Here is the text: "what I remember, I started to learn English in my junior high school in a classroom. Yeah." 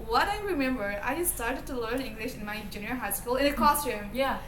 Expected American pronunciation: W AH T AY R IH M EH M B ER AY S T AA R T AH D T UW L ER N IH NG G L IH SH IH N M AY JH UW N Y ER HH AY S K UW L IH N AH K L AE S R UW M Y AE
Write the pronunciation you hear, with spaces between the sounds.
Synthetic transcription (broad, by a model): W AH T AY R IH M EH M B ER AY S T AA R T AH D T UW L ER N IH NG G L IH SH IH N M AY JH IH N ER HH AY S K UW L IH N AH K AO S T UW M Y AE